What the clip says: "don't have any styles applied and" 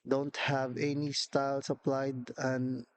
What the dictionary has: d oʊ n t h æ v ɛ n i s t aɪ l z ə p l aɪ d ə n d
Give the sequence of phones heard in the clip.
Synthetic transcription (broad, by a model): d oʊ n t h æ v ɛ n i s t aɪ l s ə p l aɪ d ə n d